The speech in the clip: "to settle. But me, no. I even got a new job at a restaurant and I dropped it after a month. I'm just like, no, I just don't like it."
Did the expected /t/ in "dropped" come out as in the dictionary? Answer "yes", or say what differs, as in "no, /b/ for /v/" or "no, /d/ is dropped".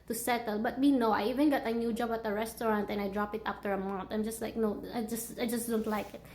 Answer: no, /t/ is dropped